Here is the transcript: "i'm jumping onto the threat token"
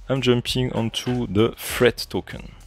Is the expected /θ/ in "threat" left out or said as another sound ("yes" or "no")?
yes